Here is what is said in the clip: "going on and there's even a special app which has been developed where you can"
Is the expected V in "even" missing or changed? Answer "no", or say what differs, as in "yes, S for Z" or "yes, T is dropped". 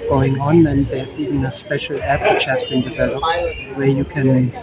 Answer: yes, V is dropped